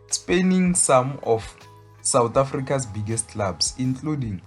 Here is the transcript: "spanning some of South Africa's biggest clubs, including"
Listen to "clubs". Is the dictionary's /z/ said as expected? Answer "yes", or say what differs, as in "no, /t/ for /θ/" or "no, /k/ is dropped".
no, /s/ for /z/